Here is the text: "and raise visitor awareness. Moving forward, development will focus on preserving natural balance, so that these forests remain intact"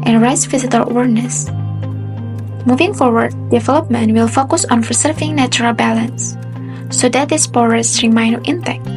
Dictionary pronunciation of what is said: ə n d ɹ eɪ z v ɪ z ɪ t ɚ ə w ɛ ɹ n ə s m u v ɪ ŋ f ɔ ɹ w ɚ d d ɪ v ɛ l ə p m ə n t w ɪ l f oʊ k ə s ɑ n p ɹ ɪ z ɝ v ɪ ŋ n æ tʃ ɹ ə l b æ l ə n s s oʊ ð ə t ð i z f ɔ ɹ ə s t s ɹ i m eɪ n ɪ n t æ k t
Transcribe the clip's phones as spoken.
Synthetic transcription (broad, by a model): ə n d ɹ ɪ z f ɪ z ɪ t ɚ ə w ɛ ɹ n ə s m u v ɪ ŋ f ɔ ɹ w ɚ d d ɪ v ɛ l ə p m ə n t w ɪ l f oʊ k ə s ɑ n f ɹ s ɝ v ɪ ŋ n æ tʃ ɹ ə l b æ l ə n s s oʊ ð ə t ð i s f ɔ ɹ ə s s ɹ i m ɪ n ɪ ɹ t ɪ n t